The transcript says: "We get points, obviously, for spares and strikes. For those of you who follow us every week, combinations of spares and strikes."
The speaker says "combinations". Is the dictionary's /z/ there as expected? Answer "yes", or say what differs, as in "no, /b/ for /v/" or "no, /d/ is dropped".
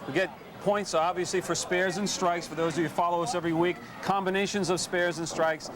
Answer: yes